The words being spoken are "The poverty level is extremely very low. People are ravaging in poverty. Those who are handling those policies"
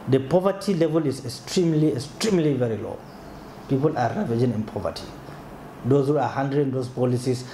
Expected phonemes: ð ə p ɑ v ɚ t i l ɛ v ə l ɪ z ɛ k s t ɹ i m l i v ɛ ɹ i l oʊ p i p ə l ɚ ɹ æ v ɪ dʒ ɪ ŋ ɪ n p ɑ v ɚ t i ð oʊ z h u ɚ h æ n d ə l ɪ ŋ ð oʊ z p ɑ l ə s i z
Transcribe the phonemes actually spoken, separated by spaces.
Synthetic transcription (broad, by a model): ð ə p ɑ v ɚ t i l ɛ v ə l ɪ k ɛ k s t ɹ i m l i v ɛ ɹ i l oʊ p i p ə l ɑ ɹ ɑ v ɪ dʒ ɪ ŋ ɪ n p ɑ v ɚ t i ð oʊ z h u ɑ h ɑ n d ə ɪ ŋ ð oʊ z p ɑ l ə s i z